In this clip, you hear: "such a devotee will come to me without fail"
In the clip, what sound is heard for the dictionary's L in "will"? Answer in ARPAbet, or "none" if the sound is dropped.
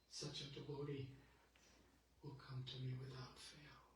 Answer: L